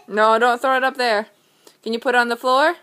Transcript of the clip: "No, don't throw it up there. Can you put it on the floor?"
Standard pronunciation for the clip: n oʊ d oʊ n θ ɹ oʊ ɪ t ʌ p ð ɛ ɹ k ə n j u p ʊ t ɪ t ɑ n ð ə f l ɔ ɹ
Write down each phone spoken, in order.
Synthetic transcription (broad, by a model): n oʊ d oʊ n θ ɹ oʊ ɪ t ʌ p ð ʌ ɹ k ə n j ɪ p ʊ t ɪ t n ð ə f l ɔ ɹ